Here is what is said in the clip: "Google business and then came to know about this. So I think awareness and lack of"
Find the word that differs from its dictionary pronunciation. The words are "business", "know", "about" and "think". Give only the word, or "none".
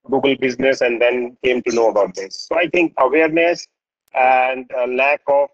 think